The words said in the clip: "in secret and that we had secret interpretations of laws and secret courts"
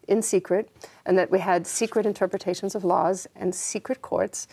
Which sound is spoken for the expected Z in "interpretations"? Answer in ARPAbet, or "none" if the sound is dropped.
Z